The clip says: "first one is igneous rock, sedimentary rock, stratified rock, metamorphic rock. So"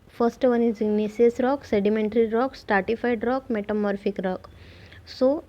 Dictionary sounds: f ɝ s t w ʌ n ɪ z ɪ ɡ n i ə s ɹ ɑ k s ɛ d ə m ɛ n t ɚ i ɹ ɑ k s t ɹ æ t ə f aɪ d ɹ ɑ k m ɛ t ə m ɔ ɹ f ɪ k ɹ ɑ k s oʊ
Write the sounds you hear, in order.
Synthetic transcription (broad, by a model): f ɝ s t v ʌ n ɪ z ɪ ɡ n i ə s ɹ ɑ k s ɛ d ə m ɛ n t ɚ i ɹ ɑ k s t ɑ t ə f aɪ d ɹ ɑ k m ɛ t ə m ɔ ɹ f ɪ k ɹ ɑ k s oʊ